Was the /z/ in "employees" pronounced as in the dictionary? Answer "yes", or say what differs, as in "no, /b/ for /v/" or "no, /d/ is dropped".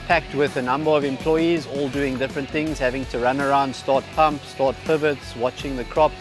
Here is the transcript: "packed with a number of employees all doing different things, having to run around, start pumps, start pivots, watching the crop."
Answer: yes